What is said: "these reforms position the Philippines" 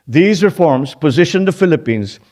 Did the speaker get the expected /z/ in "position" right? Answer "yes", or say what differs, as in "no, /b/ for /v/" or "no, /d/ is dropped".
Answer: yes